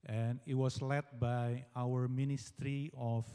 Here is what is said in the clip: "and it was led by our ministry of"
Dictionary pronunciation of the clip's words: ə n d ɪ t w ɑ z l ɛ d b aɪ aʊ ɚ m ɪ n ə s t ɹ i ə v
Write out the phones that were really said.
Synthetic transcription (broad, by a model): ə n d ɪ t w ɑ s l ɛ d b aɪ aʊ ɚ m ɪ n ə s t ɹ i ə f